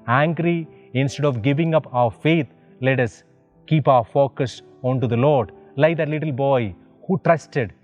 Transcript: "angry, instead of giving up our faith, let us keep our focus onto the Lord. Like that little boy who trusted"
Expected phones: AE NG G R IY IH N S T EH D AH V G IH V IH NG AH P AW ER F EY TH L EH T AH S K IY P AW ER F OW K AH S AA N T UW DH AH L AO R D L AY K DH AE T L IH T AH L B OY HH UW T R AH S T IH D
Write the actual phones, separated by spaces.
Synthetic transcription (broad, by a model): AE NG G R IY IH N S T EH D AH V G IH V IH NG AH P AW ER F EY T L EH T AH S K IY P AW ER F OW K AH S AA N T UW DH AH L AO R D L AY K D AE T L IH T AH L B OY HH UW T R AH S T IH D